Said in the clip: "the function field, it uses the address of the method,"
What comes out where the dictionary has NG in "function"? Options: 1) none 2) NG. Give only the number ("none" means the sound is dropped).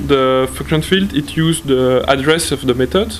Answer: 1